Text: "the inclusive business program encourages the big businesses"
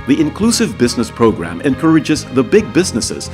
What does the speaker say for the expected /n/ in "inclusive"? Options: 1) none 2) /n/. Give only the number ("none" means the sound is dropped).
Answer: 2